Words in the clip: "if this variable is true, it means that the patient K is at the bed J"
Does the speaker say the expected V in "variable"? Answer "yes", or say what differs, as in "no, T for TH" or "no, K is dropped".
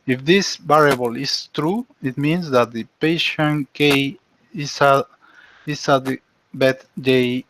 no, B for V